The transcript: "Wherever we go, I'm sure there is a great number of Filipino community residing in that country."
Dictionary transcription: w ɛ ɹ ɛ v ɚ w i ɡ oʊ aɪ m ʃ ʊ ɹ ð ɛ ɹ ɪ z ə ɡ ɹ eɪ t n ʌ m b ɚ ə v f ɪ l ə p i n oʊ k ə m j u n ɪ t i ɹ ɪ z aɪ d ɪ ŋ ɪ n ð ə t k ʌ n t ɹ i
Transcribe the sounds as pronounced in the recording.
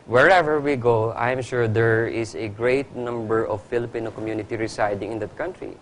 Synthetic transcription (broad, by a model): w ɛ ɹ ɛ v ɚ w i ɡ oʊ aɪ m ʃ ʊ ɹ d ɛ ɹ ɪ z ə ɡ ɹ eɪ t n ʌ m b ɚ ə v f ɪ l ə p i n oʊ k ə m j u n ɪ t i ɹ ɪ s aɪ d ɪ ŋ ɪ n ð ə t k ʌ n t ɹ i